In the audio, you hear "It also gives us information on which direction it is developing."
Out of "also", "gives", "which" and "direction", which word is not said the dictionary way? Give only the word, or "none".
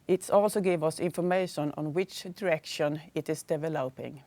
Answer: gives